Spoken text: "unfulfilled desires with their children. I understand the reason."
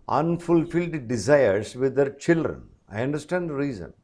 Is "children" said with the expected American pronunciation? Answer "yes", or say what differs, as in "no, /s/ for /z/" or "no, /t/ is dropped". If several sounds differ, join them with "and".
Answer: yes